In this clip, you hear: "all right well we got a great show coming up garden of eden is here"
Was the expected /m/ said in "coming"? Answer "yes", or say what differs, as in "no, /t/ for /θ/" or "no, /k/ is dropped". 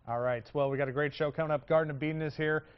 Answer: no, /m/ is dropped